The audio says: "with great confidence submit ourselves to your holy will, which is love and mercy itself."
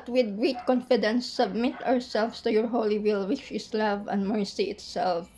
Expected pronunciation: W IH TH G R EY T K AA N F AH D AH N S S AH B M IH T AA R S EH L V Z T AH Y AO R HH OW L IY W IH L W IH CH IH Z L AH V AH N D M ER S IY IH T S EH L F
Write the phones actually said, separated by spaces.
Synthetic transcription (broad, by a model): W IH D G R EY T K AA N F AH D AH N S S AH B M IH T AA R S EH L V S T AH Y AO R HH OW L IY W IH L W IH CH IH S L AH V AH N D M ER S IY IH T S EH L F